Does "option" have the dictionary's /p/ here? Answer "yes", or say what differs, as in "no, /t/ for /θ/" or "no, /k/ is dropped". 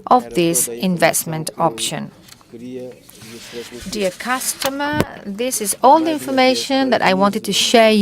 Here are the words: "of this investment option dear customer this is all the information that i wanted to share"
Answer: yes